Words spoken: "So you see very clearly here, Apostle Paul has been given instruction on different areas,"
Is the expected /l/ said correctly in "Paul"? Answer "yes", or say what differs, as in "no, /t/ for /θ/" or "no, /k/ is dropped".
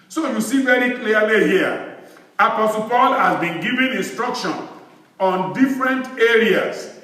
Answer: yes